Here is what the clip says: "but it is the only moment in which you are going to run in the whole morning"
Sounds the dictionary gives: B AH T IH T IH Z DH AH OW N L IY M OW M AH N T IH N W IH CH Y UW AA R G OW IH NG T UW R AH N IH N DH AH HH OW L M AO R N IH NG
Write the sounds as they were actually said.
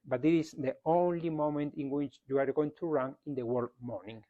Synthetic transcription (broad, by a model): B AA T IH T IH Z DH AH OW N L IY M OW M AH N T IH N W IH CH Y UW AA R G OW IH NG T UW R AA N IH N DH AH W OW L M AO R N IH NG